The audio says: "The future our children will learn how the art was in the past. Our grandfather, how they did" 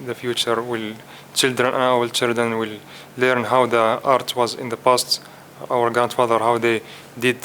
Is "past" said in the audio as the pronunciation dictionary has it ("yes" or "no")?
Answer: yes